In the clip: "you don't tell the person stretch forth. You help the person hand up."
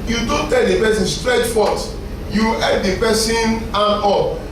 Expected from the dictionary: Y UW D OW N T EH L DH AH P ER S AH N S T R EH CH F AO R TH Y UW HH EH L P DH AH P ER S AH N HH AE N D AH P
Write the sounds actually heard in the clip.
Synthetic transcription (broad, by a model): Y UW D OW N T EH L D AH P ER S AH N S T R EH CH F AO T Y UW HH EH P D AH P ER S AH N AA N AO